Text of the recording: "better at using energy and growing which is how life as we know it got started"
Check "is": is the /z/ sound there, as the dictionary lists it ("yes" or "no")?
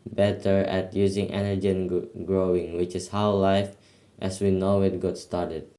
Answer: no